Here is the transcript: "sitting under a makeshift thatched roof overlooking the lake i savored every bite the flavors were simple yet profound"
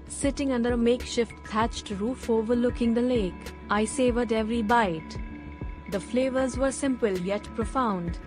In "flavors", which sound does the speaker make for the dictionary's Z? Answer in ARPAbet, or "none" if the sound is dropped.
Z